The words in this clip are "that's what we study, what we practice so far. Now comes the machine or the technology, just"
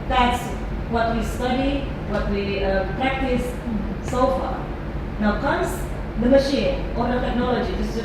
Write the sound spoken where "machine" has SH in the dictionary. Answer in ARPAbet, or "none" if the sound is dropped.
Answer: SH